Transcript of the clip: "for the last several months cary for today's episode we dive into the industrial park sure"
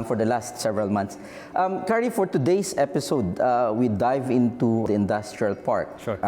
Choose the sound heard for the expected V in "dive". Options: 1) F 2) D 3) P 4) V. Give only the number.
4